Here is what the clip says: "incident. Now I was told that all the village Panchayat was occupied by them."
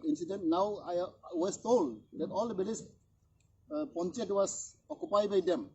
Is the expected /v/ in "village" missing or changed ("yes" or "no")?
yes